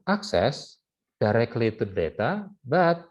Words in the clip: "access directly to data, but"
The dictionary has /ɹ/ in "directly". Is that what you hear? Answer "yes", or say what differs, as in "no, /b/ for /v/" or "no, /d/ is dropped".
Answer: yes